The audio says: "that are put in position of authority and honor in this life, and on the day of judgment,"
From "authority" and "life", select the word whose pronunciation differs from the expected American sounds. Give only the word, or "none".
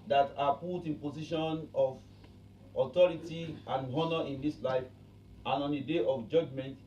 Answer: authority